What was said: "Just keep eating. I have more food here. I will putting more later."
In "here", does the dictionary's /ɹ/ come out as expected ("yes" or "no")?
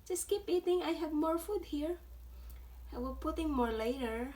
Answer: yes